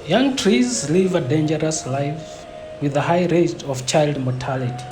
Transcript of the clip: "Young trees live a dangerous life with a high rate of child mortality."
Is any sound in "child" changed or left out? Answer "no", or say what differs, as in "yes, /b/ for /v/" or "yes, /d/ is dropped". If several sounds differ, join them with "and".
no